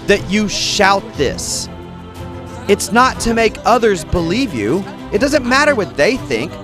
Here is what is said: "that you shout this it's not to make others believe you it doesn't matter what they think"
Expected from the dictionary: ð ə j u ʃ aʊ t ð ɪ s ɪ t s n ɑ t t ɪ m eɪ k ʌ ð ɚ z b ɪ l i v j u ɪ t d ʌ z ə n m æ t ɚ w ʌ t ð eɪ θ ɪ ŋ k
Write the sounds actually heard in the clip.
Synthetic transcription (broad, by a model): ð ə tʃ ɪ ʃ aʊ t ð ɪ s ɪ t s n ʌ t t ɪ m eɪ k ʌ ð ɚ z b ɪ l i v j u ɪ t d ʌ z ə n m æ t ɚ w ʌ t ð eɪ θ ɪ ŋ k